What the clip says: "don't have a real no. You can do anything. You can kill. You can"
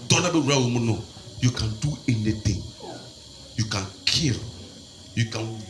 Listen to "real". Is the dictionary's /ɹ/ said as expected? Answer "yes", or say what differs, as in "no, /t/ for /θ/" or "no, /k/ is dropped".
no, /w/ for /ɹ/